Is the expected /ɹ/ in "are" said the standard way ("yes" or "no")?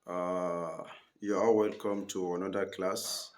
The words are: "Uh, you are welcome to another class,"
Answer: no